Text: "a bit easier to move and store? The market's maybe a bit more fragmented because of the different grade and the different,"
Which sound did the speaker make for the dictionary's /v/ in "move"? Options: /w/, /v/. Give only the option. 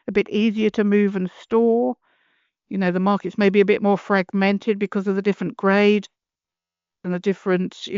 /v/